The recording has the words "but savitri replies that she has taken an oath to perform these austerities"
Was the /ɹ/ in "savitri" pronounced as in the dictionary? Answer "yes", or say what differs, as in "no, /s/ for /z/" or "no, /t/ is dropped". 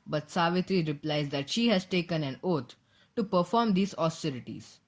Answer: yes